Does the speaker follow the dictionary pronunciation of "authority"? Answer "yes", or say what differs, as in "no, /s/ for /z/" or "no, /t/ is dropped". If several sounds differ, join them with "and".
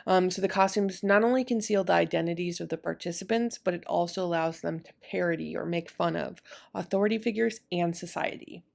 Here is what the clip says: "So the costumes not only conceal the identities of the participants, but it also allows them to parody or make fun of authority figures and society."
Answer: yes